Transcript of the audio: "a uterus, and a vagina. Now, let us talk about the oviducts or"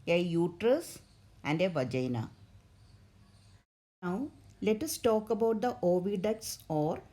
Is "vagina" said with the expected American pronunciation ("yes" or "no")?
yes